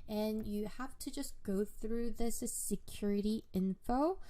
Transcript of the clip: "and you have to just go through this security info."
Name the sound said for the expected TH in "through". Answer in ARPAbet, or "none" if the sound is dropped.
TH